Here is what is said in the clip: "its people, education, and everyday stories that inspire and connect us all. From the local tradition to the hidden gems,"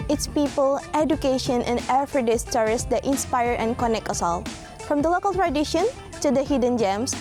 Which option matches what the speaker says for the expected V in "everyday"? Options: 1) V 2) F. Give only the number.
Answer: 2